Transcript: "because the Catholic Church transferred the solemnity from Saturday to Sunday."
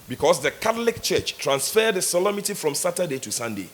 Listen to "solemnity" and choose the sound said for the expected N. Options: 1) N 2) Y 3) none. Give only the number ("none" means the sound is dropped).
3